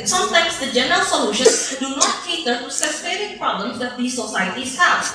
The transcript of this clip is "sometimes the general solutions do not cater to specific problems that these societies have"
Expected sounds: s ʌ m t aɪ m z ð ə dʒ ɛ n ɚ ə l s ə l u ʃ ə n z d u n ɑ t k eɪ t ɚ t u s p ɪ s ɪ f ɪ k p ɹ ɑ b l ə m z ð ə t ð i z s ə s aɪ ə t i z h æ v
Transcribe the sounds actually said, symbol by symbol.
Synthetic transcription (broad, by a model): s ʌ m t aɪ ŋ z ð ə dʒ ɛ n ɚ ə l s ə l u ʃ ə n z d u n ɑ t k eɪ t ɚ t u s ɪ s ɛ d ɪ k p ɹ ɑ b l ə m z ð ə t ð i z s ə s aɪ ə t i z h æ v